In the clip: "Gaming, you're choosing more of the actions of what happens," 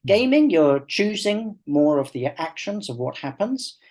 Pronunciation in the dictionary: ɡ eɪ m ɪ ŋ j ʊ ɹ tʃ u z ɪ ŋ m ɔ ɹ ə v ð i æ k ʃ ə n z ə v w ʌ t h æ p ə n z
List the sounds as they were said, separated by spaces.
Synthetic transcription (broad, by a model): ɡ eɪ m ɪ ŋ j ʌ ɹ tʃ u z ɪ ŋ m ɔ ɹ ə v ð i æ k ʃ ə n z ə v w ʌ t h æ p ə n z